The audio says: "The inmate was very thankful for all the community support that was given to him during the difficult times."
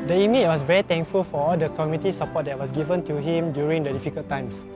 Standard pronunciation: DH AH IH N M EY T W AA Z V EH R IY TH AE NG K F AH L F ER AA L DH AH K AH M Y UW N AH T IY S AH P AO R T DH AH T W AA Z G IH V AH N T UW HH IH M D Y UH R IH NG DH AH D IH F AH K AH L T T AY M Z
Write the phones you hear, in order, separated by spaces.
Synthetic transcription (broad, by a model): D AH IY M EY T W AA S V EH R IY T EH NG K F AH L F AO AA L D AH K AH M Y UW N T IY S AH P AO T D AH T W AA S G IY V AH N T UW HH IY M D Y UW R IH NG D AH D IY F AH K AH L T T AY M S